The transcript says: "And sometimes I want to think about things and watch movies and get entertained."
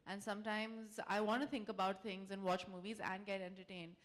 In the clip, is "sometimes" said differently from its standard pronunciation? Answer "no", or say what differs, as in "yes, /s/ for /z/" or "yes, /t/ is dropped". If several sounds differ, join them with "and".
no